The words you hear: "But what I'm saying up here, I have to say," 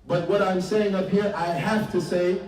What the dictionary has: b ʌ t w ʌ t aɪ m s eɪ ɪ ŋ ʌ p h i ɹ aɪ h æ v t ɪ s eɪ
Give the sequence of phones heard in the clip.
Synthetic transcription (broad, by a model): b ʌ t w ʌ t aɪ m s eɪ ɪ ŋ ʌ p h i ɹ aɪ h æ f t ɪ s eɪ